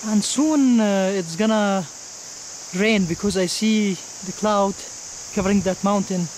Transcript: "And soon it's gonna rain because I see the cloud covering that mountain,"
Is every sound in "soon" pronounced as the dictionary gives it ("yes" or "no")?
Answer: yes